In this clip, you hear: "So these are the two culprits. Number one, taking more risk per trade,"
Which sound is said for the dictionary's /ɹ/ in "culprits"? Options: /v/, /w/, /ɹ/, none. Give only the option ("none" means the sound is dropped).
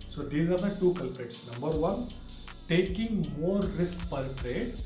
none